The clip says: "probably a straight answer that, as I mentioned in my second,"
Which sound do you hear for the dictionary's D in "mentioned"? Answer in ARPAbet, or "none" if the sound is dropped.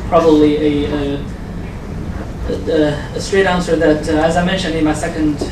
D